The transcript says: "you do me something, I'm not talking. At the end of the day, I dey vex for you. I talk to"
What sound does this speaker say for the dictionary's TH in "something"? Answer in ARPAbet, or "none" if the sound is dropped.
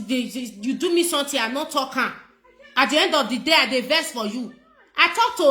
T